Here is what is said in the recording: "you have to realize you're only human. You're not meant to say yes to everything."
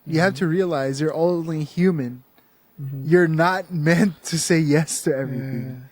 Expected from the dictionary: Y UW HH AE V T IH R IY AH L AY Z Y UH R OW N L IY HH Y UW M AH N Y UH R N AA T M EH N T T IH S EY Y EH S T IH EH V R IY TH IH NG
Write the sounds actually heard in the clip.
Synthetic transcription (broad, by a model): Y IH HH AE F T IH R IY AH L AY Z Y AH R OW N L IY HH Y UW M AH N Y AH R N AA T M EH N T T IH S EY Y EH S T IH EH V R IY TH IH NG